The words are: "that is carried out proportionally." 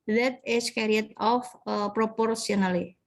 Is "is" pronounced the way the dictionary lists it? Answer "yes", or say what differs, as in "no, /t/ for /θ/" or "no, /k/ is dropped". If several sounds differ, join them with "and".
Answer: no, /s/ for /z/